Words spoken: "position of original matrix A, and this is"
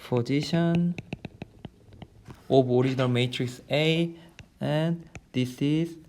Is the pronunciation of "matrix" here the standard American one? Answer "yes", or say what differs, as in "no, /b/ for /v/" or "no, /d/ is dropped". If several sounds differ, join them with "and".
yes